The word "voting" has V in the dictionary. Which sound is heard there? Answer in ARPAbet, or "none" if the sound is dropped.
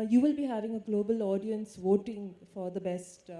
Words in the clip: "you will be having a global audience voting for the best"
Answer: V